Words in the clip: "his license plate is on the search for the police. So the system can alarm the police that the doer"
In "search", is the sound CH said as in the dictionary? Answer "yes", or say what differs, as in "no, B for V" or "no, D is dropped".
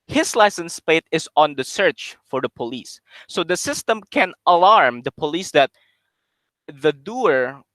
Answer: yes